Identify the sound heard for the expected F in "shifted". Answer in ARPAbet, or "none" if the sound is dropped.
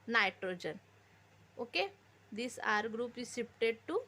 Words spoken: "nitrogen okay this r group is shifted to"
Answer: P